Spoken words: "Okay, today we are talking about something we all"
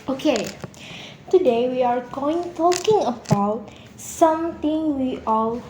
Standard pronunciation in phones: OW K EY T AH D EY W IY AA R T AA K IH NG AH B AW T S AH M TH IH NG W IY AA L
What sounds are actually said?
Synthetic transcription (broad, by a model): OW K EY T AH D EY W IY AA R T AA K IH NG AH B AW T S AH M T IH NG W IY AA L